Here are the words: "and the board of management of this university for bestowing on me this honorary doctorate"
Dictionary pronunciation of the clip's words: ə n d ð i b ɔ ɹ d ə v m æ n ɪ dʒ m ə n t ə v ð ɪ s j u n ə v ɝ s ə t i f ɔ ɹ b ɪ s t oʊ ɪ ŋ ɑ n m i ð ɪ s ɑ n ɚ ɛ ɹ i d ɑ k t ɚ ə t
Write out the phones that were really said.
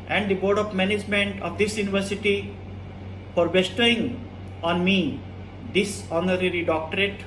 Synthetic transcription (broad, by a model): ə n d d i b ɔ ɹ d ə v m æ n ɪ dʒ m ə n t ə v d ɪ s j u n ə v ɝ s ə t i f ɔ ɹ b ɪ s t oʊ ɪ ŋ ɑ n m i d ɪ s ɑ n ɚ ɛ ɹ i d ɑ k t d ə t